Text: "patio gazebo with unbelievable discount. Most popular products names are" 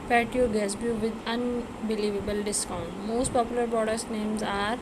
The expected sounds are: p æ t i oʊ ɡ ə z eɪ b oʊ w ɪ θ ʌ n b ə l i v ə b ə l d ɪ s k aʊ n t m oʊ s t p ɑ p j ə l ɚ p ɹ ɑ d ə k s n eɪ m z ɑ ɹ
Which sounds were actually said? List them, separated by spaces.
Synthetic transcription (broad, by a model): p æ t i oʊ ɡ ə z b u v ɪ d ʌ n b ə l i v ə b ə l d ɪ s k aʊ n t m oʊ s t p ɑ p j ə l ɚ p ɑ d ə s n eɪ m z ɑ ɹ